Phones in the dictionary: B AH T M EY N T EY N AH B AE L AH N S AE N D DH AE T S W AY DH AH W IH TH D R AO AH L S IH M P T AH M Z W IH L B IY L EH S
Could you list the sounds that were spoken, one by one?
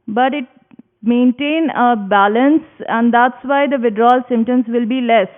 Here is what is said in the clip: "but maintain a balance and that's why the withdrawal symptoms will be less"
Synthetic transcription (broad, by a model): B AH T M EY N T EY N AH B AE L AH N S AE N D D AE T S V AY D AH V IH D R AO L S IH M T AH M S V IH L B IY L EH S